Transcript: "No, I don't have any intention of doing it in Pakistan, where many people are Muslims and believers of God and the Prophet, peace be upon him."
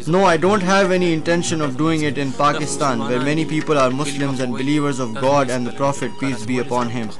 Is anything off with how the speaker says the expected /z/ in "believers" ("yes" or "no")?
no